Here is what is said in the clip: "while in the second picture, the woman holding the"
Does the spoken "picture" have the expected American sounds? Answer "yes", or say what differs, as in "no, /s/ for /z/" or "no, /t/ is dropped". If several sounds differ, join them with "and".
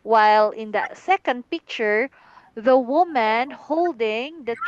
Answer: yes